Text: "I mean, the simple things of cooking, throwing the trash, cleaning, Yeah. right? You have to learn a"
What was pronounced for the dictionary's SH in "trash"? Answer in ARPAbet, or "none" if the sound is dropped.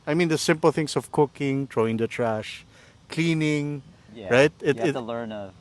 SH